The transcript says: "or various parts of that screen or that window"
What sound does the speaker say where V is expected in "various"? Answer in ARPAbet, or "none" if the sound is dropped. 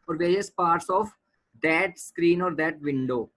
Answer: V